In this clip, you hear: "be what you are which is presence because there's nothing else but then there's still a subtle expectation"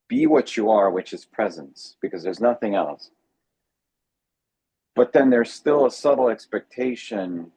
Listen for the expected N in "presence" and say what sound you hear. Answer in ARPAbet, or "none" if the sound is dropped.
N